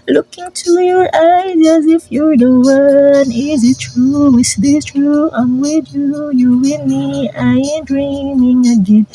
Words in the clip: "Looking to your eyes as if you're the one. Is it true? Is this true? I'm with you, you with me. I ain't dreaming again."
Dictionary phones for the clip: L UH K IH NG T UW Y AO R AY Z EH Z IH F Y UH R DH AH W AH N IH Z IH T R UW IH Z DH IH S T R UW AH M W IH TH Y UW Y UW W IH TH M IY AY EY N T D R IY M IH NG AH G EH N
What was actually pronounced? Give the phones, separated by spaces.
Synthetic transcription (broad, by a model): L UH K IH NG T UW Y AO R AY Z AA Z IH F Y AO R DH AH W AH N IH Z IH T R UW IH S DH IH T R UW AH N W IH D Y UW Y UW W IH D M IY AY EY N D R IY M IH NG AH G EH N